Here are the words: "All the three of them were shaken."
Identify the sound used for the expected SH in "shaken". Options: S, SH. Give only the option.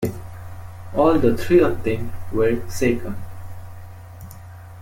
S